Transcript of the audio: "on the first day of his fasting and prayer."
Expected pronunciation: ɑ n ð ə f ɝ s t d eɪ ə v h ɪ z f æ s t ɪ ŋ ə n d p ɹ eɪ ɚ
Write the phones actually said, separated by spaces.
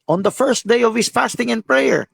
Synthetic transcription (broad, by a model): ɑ n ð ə f ɝ s t d eɪ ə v h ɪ s f æ s t ɪ ŋ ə n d p ɹ eɪ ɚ